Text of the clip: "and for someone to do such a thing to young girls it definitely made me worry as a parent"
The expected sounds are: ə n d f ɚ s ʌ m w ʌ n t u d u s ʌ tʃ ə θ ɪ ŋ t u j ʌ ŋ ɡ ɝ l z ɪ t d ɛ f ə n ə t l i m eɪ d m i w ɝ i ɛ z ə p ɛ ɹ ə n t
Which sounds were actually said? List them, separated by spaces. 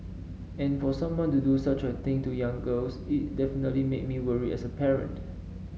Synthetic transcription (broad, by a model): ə n f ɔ s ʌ m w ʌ n t u d u s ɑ tʃ ə t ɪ ŋ t u j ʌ ŋ ɡ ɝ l s ɪ t d ɛ f ə n ə t l i m eɪ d m i w ɝ i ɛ s ə p ɛ ɹ ə n t